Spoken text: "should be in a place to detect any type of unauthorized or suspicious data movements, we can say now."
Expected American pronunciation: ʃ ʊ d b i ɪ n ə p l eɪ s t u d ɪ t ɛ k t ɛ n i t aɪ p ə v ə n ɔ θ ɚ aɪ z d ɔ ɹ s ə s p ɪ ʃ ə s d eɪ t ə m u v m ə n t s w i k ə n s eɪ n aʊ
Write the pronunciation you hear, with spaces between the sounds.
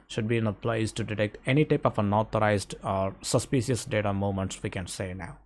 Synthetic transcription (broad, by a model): ʃ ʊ d b i ɪ n ə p l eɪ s t u d ɪ t ɛ k t ɛ n i t aɪ p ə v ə n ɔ t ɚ aɪ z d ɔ ɹ s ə s p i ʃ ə s d eɪ t ə m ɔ m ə n t s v i k ə n s eɪ n aʊ